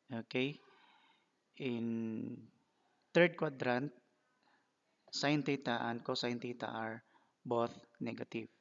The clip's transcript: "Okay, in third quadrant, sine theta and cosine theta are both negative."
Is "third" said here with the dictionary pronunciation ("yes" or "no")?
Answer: no